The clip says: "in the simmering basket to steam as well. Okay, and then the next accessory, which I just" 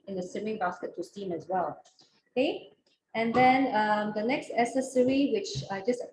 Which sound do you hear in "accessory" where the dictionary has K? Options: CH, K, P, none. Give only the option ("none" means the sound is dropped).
none